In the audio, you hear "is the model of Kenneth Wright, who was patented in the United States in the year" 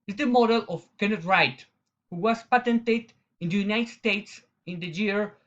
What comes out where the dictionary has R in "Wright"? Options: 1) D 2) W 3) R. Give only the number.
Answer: 3